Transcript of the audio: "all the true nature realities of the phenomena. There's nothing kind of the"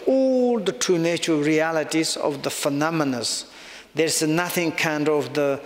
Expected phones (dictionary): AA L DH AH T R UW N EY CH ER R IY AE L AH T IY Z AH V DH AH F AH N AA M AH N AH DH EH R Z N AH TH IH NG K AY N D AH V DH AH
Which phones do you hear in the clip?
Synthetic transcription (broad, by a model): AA L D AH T UW N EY CH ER R IY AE L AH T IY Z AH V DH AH F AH N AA M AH N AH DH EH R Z N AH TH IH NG K AY N D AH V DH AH